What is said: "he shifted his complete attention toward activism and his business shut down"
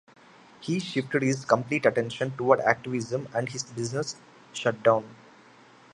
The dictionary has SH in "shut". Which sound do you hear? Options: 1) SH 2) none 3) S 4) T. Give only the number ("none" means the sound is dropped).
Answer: 1